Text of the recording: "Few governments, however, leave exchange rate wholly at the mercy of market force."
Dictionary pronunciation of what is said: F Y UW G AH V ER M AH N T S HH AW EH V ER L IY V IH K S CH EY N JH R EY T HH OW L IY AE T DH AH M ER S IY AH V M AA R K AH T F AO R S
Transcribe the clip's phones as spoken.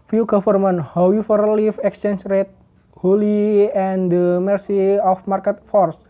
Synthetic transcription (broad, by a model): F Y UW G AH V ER M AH N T HH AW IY F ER L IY F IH K S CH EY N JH R EY T HH OW L IY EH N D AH M ER S IY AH F M AA R K AH T F AO R S